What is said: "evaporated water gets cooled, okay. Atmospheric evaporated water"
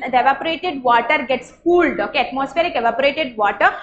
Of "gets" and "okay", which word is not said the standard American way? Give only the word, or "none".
none